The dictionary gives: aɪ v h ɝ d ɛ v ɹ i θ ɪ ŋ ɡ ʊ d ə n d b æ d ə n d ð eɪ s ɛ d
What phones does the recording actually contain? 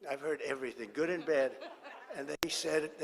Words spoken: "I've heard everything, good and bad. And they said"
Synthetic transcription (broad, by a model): aɪ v h ɝ d ɛ v ɹ i θ ɪ ŋ ɡ ʊ d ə n b æ d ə n ð eɪ s ɛ d